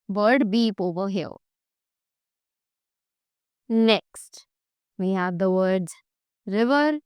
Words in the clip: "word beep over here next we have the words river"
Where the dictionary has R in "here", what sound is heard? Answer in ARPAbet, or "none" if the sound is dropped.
L